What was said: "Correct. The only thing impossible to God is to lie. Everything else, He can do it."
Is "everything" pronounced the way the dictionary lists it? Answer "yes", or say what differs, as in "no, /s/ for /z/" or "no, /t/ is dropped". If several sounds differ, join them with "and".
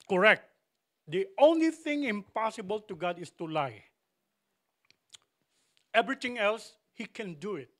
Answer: no, /t/ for /θ/